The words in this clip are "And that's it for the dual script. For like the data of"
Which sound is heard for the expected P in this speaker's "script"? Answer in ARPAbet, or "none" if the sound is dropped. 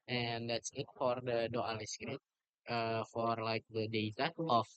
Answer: none